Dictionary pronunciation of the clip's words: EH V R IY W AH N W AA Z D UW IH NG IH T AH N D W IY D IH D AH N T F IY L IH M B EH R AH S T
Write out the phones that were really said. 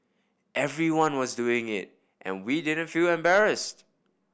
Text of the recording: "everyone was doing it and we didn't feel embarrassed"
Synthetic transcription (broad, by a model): EH V R IY W AH N W AA Z D UW IH NG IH T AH N W IY D IH D AH N T F IY L IH M B EH R AH S T